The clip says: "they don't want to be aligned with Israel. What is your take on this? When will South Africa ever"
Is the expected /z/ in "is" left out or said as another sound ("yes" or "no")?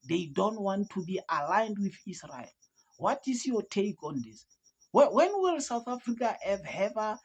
yes